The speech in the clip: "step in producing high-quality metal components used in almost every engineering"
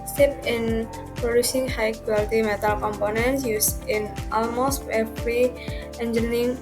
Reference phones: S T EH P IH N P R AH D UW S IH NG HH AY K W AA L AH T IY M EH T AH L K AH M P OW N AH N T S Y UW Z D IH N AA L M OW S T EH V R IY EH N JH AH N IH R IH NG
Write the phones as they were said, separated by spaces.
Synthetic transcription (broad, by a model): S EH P IH N P R AH D UW S IH NG HH AY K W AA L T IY M EH T AH L K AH M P OW N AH N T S Y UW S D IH N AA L M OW S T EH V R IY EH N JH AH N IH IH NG